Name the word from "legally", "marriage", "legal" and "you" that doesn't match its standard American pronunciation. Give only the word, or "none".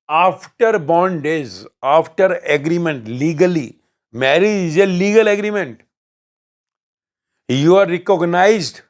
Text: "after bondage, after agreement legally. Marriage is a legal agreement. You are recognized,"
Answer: none